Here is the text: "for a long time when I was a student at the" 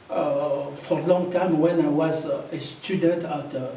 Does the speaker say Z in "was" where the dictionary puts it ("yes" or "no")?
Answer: yes